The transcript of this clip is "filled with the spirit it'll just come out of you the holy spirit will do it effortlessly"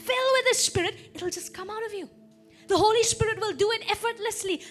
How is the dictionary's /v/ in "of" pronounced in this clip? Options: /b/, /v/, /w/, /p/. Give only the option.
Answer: /v/